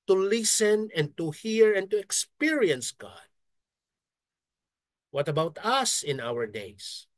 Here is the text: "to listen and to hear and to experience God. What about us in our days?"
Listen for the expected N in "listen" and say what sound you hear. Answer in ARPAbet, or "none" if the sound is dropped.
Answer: N